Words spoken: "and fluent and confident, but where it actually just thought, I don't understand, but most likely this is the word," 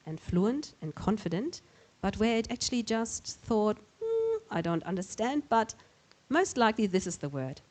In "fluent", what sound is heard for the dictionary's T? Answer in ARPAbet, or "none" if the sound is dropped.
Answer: T